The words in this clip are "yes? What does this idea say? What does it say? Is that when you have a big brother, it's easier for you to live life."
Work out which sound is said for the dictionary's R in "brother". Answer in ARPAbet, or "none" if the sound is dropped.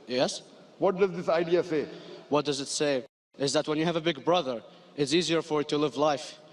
R